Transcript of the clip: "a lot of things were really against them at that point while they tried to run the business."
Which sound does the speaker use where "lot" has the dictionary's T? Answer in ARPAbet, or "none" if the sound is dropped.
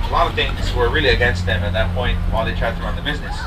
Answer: none